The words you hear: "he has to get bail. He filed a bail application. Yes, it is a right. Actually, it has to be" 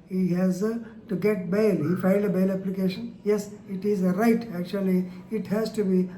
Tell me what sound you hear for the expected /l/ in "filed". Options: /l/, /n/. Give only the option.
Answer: /n/